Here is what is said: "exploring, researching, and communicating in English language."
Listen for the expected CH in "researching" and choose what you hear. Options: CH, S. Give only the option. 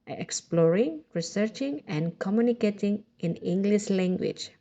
CH